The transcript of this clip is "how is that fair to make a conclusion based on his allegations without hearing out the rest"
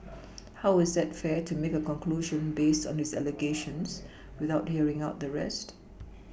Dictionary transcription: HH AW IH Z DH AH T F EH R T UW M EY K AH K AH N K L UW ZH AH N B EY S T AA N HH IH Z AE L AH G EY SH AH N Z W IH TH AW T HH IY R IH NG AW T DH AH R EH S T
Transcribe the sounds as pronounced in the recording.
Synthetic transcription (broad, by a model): HH AW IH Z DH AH T F EH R T UW M EY K AH K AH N K L UW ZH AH N B EY S T AA N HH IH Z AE L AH G EY SH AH N S W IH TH AW T HH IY R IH NG AW T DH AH R EH S T